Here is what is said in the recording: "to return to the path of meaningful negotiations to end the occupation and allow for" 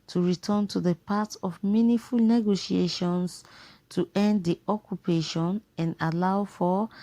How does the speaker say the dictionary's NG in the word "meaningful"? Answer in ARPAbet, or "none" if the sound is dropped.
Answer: none